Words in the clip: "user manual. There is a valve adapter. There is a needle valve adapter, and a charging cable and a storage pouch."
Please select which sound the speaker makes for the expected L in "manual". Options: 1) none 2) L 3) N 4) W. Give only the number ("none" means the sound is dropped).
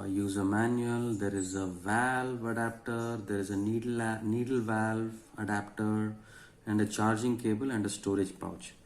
2